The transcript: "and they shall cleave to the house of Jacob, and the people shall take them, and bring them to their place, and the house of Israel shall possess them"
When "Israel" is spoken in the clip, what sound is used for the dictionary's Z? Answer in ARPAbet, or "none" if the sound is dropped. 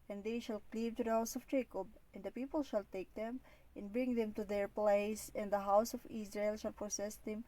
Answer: S